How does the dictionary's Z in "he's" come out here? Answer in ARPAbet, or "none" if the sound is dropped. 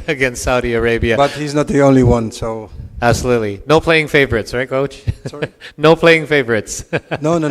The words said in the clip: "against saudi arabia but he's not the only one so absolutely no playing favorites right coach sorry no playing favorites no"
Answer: Z